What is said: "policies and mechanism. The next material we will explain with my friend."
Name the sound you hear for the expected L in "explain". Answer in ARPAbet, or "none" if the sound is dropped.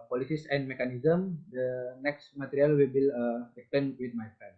none